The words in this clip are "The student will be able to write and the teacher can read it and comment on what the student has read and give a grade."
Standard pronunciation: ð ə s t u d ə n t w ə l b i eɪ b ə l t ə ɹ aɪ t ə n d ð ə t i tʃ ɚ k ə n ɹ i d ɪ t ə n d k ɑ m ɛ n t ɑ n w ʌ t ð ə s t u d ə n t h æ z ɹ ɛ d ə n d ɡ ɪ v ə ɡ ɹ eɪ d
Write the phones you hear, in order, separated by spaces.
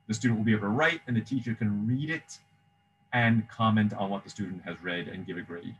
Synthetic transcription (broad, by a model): ð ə s t u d n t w l b i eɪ ə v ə ɹ aɪ t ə n ð ə t i tʃ ɚ k ə n ɹ i d ɪ t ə n k ɑ m ɛ n t n w ʌ t ð ə s t u d n t h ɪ z ɹ ɛ d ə n ɡ ɪ v ə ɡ ɹ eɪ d